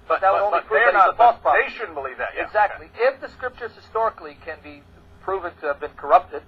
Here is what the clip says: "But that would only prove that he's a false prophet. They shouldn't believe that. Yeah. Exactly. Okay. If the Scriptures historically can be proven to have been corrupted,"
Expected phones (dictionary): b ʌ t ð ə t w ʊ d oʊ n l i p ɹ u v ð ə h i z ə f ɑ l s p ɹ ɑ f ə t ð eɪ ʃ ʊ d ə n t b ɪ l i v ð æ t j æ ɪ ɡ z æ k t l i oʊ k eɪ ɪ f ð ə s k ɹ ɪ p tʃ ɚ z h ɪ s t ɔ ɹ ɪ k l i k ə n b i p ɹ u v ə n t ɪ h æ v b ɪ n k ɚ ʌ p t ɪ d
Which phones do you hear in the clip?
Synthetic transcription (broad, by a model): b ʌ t ð ə t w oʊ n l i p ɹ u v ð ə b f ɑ s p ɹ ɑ ə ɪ ʃ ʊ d n b ɪ l i v ð æ t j ɪ ɡ z æ k t l i ɪ f ð ə s k ɹ ɪ p tʃ ɚ z h ɪ s t ɔ ɹ ɪ k l i k ə n b i p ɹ u v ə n t ɪ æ v b ɪ n k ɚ ʌ p t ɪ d